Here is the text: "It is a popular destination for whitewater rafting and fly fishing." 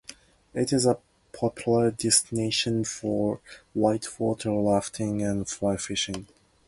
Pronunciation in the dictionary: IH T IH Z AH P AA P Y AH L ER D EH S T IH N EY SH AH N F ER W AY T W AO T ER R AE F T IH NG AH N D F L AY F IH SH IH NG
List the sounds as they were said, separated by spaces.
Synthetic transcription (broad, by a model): IH T IH Z AH P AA P Y L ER D EH S T IH N EY SH AH N F ER W AY T W AO T ER L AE F T IH NG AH N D F L AY F IH SH IH NG